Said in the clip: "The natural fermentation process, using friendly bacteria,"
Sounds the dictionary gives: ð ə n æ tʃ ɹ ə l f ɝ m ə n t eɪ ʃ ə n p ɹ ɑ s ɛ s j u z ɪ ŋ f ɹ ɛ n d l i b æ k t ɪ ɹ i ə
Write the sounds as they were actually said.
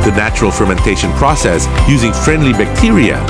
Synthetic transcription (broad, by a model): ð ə n æ tʃ ɹ ə l f ɝ m ə n t eɪ ʃ ə n p ɹ ɑ s ɛ s j u z ɪ ŋ f ɹ ɛ n d l i b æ k t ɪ ɹ i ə